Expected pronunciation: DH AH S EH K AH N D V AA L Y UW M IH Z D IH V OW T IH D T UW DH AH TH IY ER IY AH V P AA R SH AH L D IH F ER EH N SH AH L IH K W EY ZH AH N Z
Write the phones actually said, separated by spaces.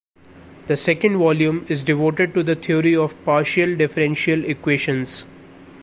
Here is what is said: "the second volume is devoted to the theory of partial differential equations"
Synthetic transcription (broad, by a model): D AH S EH K AH N D V AA L Y UW M IH Z D IH V OW T IH D T UW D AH T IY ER IY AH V P AA R SH AH L D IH F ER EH N SH AH L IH K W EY SH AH N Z